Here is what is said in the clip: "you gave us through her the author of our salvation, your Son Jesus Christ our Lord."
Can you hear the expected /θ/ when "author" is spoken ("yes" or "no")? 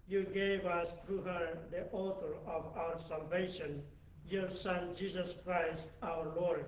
no